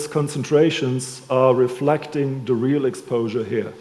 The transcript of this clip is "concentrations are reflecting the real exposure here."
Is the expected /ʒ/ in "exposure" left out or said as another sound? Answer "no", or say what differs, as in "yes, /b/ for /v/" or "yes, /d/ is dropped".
no